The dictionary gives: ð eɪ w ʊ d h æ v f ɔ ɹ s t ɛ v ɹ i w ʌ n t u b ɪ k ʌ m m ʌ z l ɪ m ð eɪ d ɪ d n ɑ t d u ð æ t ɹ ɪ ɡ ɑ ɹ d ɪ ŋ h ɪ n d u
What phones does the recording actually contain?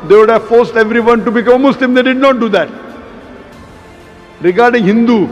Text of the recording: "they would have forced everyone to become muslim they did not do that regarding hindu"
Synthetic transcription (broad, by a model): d eɪ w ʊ d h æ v f ɔ ɹ s t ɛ v ɹ i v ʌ n t u b ɪ k ʌ m m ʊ s l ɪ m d eɪ d ɪ d n ɑ t d u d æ t ɹ ɪ ɡ ɑ ɹ d ɪ ŋ h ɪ n d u